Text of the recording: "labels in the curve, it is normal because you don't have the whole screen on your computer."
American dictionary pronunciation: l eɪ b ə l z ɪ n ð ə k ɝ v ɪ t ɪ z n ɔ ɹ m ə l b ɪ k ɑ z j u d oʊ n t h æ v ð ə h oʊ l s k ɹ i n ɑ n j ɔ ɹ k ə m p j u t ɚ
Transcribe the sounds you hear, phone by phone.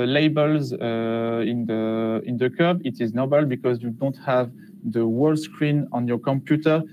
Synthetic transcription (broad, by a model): l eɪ b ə l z ɪ n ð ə k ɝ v ɪ t ɪ z n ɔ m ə l b ɪ k ɑ z j u d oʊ n t h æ v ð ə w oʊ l s k ɹ i n ɑ n j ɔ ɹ k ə m p j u t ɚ